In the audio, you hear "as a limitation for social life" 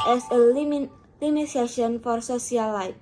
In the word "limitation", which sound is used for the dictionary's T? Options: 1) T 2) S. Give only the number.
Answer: 2